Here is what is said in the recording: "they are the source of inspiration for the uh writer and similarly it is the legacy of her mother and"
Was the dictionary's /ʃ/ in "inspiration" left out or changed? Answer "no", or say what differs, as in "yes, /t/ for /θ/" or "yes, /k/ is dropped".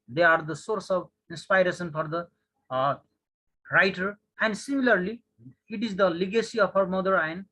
yes, /s/ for /ʃ/